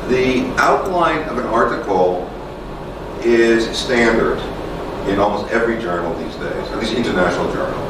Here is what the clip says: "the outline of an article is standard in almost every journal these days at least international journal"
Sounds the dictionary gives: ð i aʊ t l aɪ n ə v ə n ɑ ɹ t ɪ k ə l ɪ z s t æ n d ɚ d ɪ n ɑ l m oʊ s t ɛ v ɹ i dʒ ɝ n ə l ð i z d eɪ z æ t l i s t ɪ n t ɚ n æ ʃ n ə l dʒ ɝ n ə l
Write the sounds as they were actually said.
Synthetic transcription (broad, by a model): ð i aʊ t l aɪ n ə v ə n ɑ ɹ t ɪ k l ɪ z s t æ n d ɚ d ɪ n ɑ l m oʊ s t ɛ v ɹ i dʒ ɝ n l ð i z d eɪ z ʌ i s ɪ n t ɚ n æ ʃ n l dʒ ɝ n l